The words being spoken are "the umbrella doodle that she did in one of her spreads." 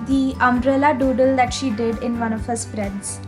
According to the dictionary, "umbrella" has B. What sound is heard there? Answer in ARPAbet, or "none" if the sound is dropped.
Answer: none